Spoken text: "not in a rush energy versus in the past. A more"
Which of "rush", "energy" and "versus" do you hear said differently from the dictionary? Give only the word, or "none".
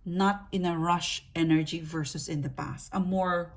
none